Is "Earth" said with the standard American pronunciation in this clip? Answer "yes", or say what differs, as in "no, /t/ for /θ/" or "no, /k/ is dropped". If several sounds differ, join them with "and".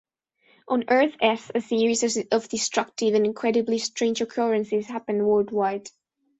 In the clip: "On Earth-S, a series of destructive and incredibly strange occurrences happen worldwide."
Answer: yes